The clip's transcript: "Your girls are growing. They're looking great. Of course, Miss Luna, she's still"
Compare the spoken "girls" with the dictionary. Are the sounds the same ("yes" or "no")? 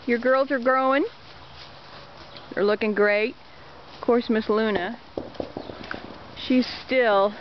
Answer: yes